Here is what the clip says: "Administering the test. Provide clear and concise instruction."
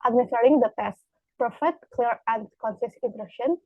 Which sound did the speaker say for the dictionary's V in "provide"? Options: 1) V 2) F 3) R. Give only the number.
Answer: 2